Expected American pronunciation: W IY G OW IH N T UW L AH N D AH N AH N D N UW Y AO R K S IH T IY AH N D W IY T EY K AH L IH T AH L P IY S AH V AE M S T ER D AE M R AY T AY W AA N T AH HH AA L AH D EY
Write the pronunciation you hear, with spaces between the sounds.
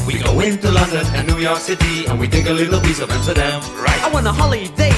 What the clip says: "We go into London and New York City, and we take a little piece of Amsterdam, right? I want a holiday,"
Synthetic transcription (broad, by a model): W IY G OW IH N T UW L AH N D AH N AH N N UW Y AO R K S IH T IY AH N W IY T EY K AH L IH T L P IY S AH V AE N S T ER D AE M R AY T AY W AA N AH HH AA L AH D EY